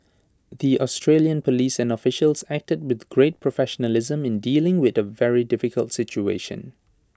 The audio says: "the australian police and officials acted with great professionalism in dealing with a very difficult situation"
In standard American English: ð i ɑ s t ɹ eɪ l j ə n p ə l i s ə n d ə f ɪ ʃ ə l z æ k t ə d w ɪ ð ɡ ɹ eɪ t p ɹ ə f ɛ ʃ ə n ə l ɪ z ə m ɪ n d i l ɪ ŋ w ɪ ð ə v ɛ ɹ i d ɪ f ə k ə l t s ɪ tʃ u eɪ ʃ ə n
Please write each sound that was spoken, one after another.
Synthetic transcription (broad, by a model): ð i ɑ s t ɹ eɪ l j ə n p ə l i s ə n d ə f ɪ ʃ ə l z æ k t ə d w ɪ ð ɡ ɹ eɪ t p ɹ ə f ɛ ʃ ə n ə l ɪ z ə m ɪ n d i l ɪ ŋ w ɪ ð ə v ɛ ɹ i d ɪ f ə k ə l t s ɪ tʃ u eɪ ʃ ə n